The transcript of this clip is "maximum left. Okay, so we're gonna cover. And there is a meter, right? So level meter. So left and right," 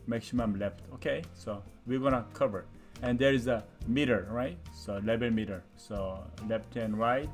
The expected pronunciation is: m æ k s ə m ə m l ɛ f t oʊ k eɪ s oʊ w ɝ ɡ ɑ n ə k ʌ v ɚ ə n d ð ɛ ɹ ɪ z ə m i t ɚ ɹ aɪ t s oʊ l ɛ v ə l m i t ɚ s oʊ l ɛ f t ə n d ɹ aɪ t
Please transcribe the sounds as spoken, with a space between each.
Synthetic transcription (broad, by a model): m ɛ k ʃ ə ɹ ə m l ɛ f t oʊ k eɪ s oʊ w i ɡ ɑ n ə k ʌ v ɚ ə n d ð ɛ ɹ ɪ z ə m i t ɚ ɹ aɪ t s oʊ l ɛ b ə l m i t ɚ s oʊ l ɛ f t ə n ɹ aɪ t